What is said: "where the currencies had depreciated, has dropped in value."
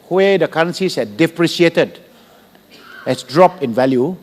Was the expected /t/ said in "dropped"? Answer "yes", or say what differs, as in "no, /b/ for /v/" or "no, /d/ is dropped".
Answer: no, /t/ is dropped